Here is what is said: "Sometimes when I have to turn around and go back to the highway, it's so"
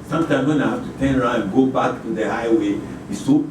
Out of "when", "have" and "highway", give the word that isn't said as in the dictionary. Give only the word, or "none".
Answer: have